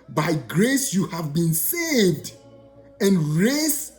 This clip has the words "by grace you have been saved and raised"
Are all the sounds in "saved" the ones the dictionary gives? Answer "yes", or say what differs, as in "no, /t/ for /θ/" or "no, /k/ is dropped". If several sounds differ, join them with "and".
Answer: yes